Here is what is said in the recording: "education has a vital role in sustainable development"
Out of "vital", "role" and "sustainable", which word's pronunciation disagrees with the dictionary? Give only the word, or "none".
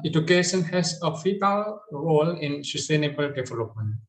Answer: vital